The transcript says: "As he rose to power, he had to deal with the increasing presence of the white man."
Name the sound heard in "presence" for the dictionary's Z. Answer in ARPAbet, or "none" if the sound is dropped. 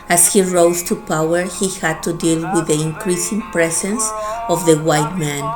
S